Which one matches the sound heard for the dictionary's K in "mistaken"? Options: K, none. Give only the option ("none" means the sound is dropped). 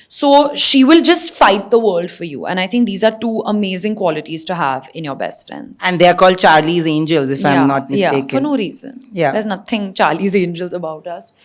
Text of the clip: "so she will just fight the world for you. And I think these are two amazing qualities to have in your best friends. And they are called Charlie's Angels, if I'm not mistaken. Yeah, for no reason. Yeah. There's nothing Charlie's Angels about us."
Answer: none